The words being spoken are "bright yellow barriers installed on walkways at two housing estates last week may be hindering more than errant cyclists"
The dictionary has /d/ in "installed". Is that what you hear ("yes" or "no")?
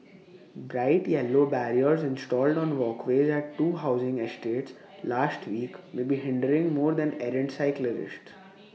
yes